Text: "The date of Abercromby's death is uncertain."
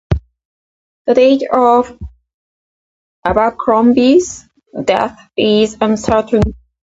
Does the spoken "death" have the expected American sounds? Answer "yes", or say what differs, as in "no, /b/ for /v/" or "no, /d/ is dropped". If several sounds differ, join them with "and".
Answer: yes